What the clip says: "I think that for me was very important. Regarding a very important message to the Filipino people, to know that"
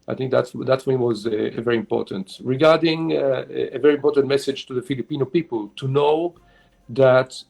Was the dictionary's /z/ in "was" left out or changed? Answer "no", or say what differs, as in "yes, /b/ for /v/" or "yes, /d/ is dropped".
no